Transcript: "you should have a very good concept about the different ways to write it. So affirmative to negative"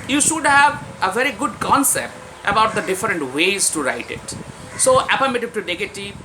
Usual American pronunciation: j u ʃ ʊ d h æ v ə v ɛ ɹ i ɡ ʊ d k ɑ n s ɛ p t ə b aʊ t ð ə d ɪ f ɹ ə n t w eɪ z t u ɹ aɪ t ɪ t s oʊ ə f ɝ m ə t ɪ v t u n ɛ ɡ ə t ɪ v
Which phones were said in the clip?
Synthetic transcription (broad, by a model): j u ʃ ʊ d h æ v ə v ɛ ɹ i ɡ ʊ d k ɑ n s ɛ p t ə b aʊ t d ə d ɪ f ɹ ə n t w eɪ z t u ɹ aɪ t ɪ t s oʊ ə p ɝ m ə t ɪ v t u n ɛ ɡ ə t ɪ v